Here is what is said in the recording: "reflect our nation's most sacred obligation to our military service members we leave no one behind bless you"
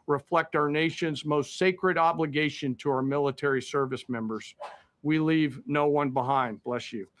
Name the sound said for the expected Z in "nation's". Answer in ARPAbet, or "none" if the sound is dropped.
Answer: Z